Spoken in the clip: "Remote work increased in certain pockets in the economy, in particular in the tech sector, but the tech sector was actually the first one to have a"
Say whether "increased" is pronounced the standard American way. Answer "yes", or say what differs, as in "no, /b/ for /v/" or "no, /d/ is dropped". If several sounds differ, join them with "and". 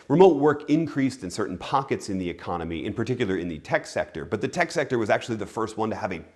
yes